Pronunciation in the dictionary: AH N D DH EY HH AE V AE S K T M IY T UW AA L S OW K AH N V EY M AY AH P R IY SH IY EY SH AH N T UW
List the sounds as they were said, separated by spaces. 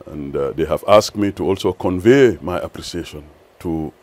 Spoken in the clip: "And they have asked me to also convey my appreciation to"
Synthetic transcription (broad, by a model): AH N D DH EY HH AE V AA S K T M IY T UW AA L S OW K AH N V EY M AY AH P R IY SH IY EY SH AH N T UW